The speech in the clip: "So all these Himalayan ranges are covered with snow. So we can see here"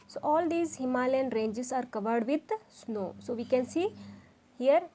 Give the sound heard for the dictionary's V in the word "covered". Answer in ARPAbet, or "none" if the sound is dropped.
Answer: V